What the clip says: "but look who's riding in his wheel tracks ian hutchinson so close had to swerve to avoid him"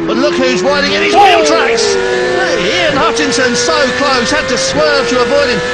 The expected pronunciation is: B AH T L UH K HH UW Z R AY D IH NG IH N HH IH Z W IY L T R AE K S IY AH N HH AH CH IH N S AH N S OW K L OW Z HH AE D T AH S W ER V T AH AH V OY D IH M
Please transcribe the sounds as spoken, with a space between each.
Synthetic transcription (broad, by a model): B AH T L UH K HH UW Z W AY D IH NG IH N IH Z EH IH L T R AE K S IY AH N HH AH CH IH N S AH N S OW K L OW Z HH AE D T AH S W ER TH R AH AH B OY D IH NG